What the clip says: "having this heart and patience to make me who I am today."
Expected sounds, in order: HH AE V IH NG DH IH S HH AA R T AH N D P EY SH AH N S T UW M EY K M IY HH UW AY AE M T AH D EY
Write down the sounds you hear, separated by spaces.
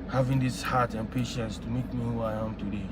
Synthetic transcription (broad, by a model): HH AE V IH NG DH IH S HH AA T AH N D P EY SH AH N S T UW M EY K M IY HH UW AY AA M T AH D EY